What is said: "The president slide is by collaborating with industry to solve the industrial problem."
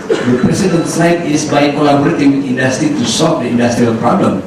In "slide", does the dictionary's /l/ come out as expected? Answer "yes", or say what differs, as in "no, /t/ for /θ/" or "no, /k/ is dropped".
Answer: no, /l/ is dropped